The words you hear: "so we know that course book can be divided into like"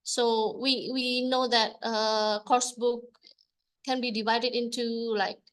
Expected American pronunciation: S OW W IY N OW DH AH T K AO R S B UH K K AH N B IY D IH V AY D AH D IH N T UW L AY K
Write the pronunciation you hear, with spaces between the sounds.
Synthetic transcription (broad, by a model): S OW W IY N OW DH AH T K AO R S B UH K K AH N B IY D IH V AY D AH D IH N T UW L AY K